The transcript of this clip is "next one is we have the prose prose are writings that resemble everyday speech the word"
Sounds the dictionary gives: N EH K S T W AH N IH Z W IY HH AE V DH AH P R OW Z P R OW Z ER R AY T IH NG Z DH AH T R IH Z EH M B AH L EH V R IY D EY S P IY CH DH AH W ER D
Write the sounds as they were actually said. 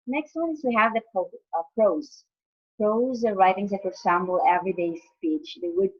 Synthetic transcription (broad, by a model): N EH K S T W AH N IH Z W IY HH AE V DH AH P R OW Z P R OW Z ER R AY T IH NG Z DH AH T W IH S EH M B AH L EH V R IY D EY S P IY CH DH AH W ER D